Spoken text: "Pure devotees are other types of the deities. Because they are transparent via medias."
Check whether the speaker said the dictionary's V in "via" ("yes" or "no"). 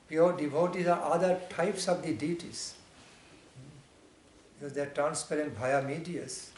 no